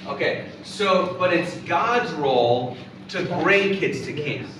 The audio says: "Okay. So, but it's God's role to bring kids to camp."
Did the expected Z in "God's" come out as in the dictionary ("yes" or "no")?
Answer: yes